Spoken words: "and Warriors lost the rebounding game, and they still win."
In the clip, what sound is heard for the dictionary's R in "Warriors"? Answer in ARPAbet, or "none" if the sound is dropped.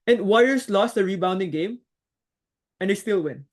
none